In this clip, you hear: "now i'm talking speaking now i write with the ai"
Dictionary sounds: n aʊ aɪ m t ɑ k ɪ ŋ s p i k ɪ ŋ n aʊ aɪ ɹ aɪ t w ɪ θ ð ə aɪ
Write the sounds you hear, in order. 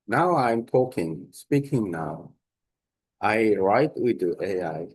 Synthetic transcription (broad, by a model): n aʊ aɪ m t ɑ k ɪ ŋ s p i k ɪ ŋ n aʊ aɪ ɹ aɪ t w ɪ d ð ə aɪ